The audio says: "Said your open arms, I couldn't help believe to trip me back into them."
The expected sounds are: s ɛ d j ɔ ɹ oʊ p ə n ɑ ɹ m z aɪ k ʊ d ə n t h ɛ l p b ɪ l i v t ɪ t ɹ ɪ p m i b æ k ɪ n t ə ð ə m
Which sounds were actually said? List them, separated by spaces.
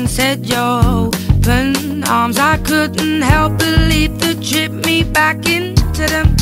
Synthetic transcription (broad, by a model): s ɛ d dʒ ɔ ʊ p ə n ɑ ɹ m z aɪ k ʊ d n t h ɛ l p b ɪ l i v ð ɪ t ɹ ɪ p m i b æ k ɪ n t ə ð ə m